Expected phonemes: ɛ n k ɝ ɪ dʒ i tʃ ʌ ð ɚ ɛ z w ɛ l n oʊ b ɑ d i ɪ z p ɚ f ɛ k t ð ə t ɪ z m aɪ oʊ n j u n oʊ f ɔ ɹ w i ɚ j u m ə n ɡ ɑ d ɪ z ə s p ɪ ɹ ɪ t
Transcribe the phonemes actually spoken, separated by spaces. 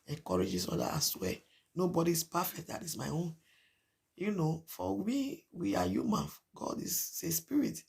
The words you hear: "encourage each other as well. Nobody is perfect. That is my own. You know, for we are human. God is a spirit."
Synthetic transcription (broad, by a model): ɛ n k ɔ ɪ dʒ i s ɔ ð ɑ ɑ s w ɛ n oʊ b ɑ d i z p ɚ f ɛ k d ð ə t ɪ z m aɪ oʊ n j u n oʊ f ɔ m w i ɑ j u m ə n ɡ ɑ d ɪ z ə s p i ɹ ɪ t